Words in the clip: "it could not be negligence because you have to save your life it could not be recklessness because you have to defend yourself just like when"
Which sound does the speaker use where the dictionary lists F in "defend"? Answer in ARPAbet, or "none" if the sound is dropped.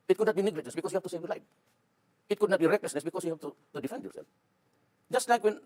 F